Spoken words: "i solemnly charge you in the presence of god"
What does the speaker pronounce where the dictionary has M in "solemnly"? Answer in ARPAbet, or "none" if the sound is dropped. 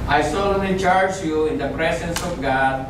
none